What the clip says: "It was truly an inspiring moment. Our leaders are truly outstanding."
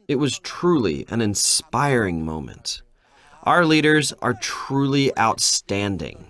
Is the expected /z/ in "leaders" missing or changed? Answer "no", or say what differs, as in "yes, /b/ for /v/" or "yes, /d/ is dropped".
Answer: no